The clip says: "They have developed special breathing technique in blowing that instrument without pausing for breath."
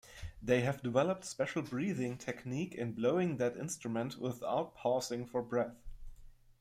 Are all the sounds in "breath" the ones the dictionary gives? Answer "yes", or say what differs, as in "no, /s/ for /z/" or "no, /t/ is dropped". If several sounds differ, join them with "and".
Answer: yes